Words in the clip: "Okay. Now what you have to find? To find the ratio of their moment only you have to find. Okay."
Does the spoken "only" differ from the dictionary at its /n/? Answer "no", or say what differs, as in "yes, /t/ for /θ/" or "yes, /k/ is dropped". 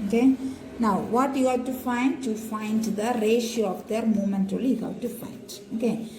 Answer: yes, /n/ is dropped